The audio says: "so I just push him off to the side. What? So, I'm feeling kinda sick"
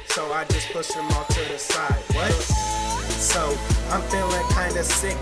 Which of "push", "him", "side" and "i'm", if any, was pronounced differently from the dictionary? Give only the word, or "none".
push